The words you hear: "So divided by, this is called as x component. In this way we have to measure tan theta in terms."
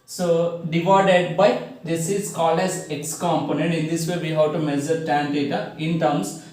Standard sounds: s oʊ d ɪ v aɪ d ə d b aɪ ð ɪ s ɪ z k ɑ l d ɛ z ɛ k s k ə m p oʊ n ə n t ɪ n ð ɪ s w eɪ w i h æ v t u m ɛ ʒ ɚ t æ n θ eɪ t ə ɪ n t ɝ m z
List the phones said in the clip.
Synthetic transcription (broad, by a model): s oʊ d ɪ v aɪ d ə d b aɪ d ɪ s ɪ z k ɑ l ɛ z ɛ k s k ə m p oʊ n ə n t ɪ n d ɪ s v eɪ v i h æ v t u m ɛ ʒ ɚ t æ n t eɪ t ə ɪ n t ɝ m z